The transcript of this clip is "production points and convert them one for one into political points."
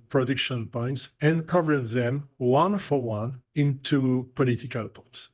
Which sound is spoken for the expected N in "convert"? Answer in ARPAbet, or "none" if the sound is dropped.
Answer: none